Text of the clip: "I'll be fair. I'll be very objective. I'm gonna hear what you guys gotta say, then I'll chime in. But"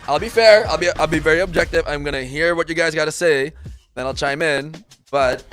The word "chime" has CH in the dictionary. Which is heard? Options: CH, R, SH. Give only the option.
CH